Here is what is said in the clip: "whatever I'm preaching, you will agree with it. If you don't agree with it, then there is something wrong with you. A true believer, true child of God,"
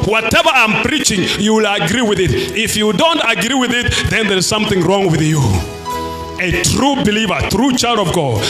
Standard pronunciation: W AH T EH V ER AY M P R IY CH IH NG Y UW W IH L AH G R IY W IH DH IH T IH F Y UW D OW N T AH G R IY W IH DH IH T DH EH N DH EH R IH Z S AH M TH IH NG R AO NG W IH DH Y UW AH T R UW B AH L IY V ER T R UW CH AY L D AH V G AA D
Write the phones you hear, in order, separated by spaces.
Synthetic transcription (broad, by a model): W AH T EH V ER AY M P R IY CH IH NG Y UW W IH L AH G R IY W IH DH IH T IH F Y UW D OW N T AH G R IY W IH DH IH T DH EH N DH EH R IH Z S AH M TH IH NG R AO NG W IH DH Y UW AH T R UW B AH L IY V ER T R UW CH AY L D AH V G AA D